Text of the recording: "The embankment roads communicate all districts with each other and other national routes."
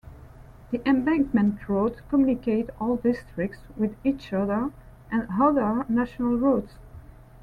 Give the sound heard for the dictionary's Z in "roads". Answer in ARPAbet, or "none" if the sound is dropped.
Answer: none